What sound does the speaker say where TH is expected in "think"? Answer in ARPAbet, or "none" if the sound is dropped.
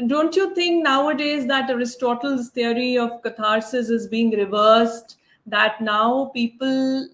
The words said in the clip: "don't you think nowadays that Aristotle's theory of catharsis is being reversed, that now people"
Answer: T